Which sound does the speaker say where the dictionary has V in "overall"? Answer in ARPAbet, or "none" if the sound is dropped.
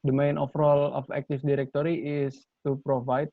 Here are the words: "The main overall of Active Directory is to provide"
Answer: F